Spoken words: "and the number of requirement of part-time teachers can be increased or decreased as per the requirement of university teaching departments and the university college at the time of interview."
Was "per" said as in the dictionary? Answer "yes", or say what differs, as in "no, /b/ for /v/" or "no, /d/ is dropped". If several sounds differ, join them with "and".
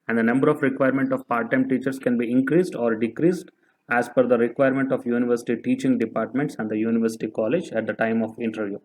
no, /f/ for /p/